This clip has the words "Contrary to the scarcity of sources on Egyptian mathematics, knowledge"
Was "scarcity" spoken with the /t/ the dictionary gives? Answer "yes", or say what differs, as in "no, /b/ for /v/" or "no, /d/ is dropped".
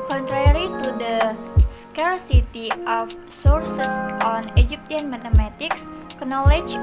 yes